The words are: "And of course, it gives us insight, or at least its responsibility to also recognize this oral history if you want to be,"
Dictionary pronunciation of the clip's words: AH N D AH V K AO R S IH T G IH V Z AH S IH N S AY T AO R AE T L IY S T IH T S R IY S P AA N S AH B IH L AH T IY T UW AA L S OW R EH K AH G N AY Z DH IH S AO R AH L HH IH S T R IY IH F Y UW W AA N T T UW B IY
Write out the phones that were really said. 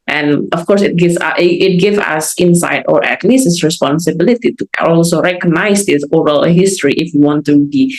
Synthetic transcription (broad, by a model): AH N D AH F K AO R S IH T G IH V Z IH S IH N S AY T AO R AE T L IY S IH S R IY S P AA N S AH B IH L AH T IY T UW AA L S OW R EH K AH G N AY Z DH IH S AO R AH L HH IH S T R IY IH F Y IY W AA N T T UW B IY